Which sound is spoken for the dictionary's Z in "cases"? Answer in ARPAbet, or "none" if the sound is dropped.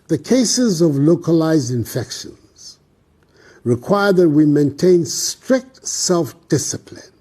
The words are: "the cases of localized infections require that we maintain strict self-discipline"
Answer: Z